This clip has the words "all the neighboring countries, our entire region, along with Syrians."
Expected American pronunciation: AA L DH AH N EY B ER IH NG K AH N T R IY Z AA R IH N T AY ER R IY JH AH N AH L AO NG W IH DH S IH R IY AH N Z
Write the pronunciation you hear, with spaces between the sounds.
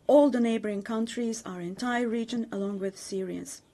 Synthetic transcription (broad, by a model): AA L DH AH N EY B ER IH NG K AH N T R IY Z AA R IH N T AY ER R IY JH AH N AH L AO NG W IH DH S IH R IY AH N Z